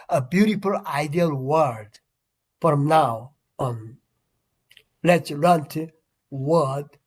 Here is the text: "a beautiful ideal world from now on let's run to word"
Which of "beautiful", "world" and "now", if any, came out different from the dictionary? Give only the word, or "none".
world